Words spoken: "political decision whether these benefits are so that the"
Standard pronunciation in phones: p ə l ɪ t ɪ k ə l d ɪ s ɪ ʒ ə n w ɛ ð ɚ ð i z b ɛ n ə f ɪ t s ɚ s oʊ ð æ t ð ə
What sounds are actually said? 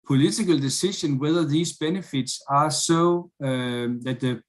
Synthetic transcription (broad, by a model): p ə l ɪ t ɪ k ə l d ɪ s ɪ ʃ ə n w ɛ ð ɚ ð i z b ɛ n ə f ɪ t s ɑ s oʊ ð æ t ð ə